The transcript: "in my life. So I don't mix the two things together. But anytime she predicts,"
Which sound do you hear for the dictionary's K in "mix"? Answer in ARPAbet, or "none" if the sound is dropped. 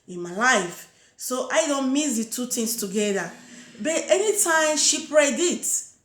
none